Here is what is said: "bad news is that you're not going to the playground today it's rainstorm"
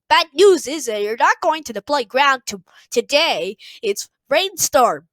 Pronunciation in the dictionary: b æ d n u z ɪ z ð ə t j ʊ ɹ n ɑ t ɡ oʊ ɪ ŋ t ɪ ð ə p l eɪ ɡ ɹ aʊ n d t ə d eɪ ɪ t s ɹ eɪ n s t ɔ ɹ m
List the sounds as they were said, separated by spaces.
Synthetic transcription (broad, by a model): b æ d n u z ɪ z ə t j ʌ ɹ n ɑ t ɡ oʊ ɪ ŋ t ɪ ð ə p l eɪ ɡ ɹ aʊ n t t ə d eɪ ɪ t s ɹ eɪ n s t ɔ ɹ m